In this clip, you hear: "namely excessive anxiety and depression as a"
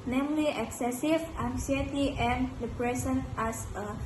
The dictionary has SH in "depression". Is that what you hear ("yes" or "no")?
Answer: no